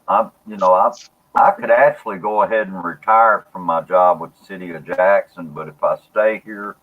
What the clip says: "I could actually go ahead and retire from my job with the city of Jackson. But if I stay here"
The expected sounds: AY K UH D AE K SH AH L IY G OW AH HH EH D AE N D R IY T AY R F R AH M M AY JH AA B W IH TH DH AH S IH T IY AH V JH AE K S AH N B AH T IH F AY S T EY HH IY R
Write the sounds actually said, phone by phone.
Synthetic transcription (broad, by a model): AY K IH D AE K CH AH L IY G OW AH HH EH D N R IY T AY R F R AH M M AY JH AA B W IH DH S IH T IY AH JH AE K S AH N B AH T IH F AY S T EY HH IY R